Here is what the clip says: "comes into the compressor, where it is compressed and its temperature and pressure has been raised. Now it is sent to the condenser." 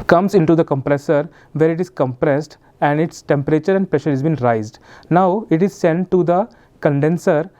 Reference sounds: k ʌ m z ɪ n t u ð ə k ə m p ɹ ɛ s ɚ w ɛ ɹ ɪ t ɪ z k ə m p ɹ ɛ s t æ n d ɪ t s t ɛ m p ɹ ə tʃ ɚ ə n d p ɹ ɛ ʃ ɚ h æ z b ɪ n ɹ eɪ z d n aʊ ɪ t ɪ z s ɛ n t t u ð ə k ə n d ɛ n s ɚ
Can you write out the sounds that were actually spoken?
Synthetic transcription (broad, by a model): k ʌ m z ɪ n t u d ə k ə m p ɹ ɛ s ɚ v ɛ ɹ ɪ t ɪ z k ə m p ɹ ɛ s t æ n d ɪ t s t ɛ m p ɹ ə tʃ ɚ ə n d p ɹ ɛ ʃ ɚ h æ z b ɪ n ɹ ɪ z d n aʊ ɪ t ɪ z s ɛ n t t u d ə k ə n d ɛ n s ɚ